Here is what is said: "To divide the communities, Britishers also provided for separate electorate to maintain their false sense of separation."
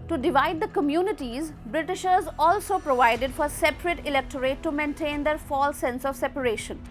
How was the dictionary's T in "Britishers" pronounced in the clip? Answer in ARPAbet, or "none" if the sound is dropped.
T